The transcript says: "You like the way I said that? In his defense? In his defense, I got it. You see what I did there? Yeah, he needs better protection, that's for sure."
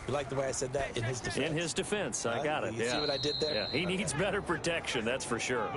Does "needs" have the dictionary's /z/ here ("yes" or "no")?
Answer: yes